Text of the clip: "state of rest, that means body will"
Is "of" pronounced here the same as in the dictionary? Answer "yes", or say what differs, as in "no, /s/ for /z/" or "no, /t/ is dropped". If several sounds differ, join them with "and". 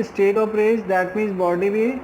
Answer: no, /p/ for /v/